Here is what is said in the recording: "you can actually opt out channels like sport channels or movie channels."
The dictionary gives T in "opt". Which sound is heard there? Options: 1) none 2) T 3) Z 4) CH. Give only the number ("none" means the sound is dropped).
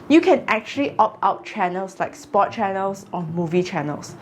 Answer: 1